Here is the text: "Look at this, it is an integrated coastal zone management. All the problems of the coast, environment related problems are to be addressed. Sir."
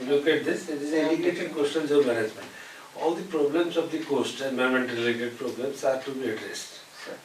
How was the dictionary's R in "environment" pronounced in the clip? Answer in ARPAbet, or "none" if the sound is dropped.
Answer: none